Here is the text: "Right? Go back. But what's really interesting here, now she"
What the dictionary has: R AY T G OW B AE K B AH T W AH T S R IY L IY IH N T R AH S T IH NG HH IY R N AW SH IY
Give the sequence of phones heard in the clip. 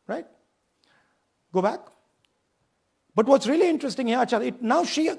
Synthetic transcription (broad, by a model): R AY T G OW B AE K B AH T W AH T S R IY L IY IH N T R AH S T IH NG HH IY L N AW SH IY